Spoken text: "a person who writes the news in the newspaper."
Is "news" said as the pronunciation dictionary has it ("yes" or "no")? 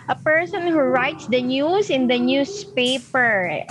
no